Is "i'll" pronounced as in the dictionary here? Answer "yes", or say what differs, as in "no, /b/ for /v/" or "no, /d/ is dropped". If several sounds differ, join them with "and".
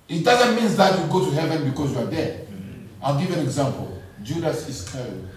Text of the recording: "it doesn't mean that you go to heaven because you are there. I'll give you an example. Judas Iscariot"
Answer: yes